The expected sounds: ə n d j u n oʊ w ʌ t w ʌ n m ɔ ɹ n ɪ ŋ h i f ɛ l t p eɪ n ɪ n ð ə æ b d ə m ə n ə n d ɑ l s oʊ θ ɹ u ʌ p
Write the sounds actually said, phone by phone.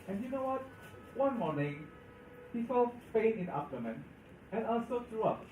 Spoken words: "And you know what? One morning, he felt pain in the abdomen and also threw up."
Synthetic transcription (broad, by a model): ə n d j u n oʊ w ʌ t w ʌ n m ɔ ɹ n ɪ ŋ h i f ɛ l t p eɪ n ɪ n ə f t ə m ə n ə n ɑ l s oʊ t ɹ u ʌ p